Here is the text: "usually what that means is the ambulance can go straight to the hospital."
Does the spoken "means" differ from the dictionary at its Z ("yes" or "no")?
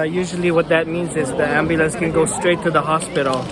no